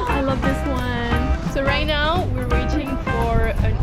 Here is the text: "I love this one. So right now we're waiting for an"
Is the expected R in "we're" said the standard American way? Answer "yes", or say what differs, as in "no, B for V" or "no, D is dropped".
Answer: yes